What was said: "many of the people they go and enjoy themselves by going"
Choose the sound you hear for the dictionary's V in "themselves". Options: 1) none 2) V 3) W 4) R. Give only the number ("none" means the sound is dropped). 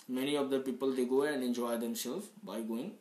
1